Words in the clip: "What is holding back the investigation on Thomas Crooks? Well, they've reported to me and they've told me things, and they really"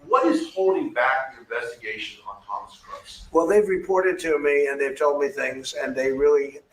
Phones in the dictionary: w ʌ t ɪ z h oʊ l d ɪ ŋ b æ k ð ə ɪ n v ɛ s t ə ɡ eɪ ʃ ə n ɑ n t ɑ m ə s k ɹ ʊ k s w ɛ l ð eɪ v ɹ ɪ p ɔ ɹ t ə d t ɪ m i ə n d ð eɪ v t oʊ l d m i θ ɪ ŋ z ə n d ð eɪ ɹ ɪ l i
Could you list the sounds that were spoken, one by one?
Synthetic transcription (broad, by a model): w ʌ t ɪ z h oʊ l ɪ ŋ b æ k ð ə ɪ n v ɛ s t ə ɡ eɪ ʃ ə n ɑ n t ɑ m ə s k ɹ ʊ s w ɛ l ð eɪ v ɹ ɪ p ɔ ɹ t ə d t ɪ m i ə n ð eɪ v t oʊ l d m i θ ɪ ŋ z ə n ð eɪ ɹ ɪ l i